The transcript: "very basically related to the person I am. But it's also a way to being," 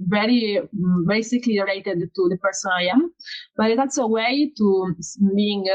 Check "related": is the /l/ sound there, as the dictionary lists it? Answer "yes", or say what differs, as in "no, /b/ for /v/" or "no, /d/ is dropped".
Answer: no, /l/ is dropped